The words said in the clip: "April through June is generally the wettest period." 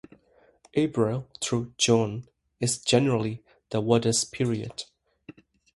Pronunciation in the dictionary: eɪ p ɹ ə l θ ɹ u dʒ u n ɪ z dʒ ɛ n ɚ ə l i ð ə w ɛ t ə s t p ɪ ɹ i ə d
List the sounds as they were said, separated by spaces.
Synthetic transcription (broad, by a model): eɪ b ɹ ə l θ ɹ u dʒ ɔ n ɪ z dʒ ɛ n ɚ ə l i ð ə w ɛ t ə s p ɪ ɹ i ə d